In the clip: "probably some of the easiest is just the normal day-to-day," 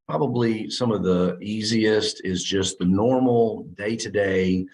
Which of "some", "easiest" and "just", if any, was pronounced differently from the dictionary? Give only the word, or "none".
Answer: none